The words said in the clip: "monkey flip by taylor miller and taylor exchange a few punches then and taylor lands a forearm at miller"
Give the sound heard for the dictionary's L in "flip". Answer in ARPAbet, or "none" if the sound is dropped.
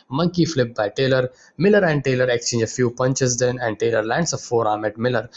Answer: L